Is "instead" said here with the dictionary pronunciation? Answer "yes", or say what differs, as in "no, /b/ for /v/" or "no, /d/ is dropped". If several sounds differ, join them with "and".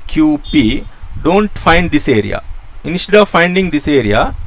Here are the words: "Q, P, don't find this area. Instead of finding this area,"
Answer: yes